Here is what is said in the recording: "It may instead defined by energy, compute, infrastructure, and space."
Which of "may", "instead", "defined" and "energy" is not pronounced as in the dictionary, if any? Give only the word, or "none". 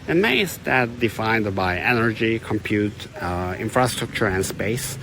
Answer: instead